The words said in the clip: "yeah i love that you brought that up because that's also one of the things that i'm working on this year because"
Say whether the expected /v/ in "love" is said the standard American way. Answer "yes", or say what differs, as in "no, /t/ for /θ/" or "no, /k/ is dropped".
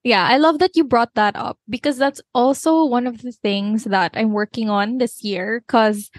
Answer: yes